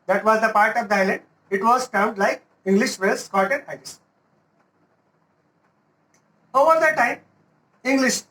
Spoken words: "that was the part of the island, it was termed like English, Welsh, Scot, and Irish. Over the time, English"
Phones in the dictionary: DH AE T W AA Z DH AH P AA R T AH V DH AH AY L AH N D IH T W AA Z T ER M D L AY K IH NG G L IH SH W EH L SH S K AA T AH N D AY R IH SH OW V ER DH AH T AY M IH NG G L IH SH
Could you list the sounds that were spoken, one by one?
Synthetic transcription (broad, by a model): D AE T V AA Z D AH P AA R T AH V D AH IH L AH N D IH T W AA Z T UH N D L AY K IH NG G L IH SH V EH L S K AA T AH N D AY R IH S OW V ER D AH T AY M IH NG G L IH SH